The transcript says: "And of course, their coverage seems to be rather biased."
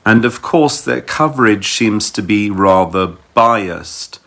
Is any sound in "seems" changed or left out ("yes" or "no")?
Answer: no